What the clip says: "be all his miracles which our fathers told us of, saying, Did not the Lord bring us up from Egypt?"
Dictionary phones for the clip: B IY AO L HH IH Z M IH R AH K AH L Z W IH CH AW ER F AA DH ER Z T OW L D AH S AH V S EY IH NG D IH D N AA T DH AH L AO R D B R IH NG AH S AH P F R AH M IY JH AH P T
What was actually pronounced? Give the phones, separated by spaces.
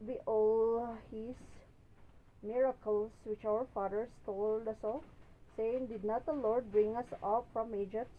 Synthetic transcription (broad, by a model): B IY AO L HH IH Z M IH R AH K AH L S W IH CH AW ER F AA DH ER S T OW L D AH S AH S EY IH NG D IH D N AA T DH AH L AO R D B R IH NG AH S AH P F R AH M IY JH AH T